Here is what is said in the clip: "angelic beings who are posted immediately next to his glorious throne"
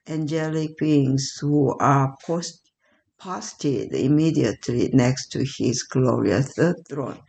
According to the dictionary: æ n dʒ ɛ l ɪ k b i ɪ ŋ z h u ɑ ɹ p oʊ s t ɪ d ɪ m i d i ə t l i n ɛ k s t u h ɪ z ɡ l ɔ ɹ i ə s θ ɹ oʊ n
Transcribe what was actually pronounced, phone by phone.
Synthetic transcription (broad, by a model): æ n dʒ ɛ l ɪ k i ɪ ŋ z h u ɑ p p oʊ s t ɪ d ɪ m i d i ə t l i n ɛ k s t u h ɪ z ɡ l ɔ ɹ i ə θ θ ɹ oʊ n